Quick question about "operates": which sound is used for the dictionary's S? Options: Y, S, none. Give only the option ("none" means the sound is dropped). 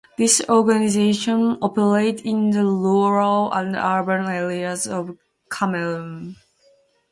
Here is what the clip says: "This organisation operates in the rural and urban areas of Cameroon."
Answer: none